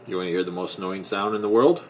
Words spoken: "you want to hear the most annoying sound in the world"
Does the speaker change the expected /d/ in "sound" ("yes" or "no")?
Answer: no